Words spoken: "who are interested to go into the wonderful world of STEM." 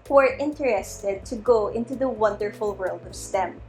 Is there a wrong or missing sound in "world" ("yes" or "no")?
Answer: no